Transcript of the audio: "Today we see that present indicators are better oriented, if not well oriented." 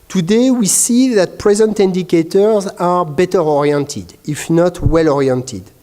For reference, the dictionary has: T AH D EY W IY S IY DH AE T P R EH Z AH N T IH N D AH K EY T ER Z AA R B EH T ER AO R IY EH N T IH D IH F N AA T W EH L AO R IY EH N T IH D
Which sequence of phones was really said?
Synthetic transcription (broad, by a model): T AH D EY W IY S IY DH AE T P R EH Z AH N T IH N D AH K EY T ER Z AA R B EH T ER AO R IY EH N T IH D IH F N AA T W EH L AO R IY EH N T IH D